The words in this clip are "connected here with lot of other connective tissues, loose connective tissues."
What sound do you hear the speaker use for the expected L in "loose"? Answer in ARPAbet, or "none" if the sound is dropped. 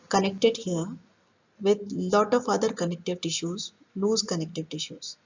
N